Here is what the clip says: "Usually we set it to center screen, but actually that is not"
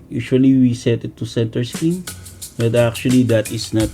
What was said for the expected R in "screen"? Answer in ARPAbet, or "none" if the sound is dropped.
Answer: none